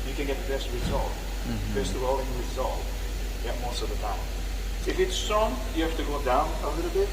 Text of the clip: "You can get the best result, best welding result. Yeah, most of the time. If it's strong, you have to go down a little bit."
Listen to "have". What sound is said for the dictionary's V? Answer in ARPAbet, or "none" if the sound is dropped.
F